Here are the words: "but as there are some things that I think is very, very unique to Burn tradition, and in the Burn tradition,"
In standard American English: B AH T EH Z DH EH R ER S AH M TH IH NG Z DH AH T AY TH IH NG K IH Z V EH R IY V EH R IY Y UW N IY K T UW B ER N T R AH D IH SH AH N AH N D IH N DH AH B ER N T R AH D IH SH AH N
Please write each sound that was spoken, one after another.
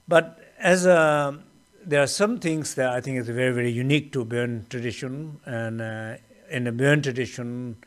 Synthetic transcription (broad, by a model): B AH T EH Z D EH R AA S AH M T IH NG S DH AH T AY T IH NG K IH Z V EH R IY V EH R IY Y UW N IY K T UW B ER N T R AH D IH SH AH N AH N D IH N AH B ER N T R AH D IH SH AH N